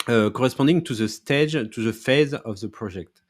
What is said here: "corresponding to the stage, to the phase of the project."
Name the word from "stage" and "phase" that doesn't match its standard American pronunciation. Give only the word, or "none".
none